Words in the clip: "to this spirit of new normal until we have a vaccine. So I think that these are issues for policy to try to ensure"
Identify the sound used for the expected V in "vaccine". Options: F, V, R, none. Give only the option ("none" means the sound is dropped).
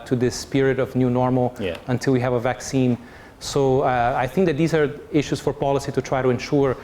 V